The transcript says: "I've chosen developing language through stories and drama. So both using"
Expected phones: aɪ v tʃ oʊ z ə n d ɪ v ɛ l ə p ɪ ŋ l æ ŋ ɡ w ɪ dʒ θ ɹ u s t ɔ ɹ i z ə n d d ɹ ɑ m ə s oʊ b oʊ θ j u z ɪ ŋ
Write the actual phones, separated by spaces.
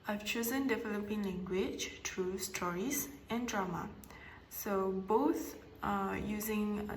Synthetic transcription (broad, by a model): aɪ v tʃ oʊ z ə n d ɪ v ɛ l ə p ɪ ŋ l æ ŋ ɡ w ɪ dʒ t ɹ u s t ɔ ɹ i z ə n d d ɹ ɑ m ə s oʊ b oʊ θ j u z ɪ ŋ